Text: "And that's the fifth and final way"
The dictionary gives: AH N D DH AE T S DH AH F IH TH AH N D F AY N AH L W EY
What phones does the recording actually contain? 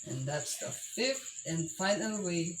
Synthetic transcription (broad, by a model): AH N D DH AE T S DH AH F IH F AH N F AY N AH N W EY